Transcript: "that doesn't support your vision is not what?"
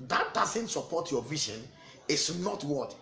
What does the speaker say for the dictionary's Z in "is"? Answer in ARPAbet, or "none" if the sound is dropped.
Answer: S